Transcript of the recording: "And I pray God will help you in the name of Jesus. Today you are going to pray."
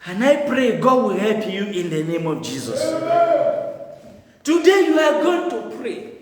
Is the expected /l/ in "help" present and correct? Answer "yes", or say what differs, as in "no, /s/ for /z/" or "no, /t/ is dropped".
yes